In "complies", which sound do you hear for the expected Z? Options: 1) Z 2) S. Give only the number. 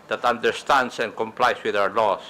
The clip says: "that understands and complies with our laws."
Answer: 2